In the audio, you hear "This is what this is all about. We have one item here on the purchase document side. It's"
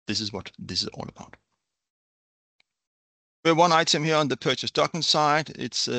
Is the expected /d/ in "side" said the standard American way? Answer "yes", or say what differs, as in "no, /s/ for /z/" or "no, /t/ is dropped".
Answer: yes